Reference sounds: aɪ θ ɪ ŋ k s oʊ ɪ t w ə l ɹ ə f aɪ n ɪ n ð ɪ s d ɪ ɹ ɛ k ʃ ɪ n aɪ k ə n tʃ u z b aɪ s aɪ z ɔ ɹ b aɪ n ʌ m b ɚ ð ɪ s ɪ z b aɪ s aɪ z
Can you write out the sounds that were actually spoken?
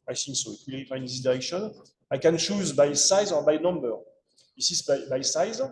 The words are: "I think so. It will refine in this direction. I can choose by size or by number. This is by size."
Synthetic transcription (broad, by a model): aɪ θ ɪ ŋ k s oʊ ɪ t w ə l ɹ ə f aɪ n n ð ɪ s d ɪ ɹ ɛ k ʃ ɪ n aɪ k ə n tʃ u z b aɪ s aɪ z ɔ ɹ b aɪ n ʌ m b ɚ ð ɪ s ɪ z b aɪ s aɪ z